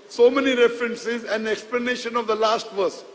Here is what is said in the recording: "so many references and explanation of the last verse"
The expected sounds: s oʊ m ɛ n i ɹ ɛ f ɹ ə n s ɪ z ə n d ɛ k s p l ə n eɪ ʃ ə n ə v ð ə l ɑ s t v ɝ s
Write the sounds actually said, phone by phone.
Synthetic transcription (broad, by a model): s oʊ m ɛ n i ɹ ɛ f ɹ ə n s ɪ z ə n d ɛ k s p l ə n eɪ ʃ ə n ə v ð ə l ɑ s t v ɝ s